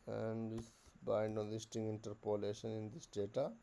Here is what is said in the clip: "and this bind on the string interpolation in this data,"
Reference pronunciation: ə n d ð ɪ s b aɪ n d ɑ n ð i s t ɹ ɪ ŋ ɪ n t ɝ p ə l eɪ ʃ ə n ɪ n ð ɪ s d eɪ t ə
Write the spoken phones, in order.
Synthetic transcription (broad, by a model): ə n d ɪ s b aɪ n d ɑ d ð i s t ɪ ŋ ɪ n t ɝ p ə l eɪ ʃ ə n ɪ n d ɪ s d eɪ t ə